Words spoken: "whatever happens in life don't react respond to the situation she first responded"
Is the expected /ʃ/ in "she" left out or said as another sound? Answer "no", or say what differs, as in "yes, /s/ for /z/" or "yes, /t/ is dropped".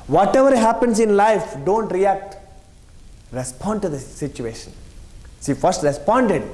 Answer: yes, /s/ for /ʃ/